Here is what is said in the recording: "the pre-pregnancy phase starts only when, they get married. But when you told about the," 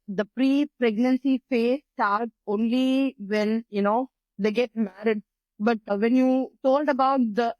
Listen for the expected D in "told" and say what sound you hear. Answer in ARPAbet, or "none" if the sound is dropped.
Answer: D